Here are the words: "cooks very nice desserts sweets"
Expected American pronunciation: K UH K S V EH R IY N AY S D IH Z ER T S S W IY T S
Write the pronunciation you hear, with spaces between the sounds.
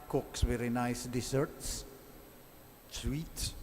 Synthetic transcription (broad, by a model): K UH K S W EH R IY N AY S D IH S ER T S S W IY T S